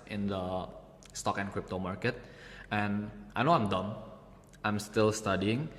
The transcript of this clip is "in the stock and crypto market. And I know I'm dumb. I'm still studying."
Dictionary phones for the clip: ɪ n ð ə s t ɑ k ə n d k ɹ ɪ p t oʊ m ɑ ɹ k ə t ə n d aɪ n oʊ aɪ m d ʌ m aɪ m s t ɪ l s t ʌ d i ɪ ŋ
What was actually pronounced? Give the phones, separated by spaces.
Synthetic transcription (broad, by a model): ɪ n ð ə s t ɑ k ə n k ɹ ɪ p t oʊ m ɑ ɹ k ə t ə n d aɪ n oʊ aɪ m d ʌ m aɪ m s t ɪ l s t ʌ d i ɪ ŋ